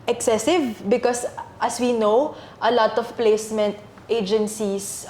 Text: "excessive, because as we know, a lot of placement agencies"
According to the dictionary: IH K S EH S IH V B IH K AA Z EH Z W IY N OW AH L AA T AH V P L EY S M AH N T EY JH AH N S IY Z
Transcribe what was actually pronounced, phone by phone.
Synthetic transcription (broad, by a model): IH K S EH S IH V B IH K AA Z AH S W IY N OW AH L AA T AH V P L EY S M AH N T EY JH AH N S IY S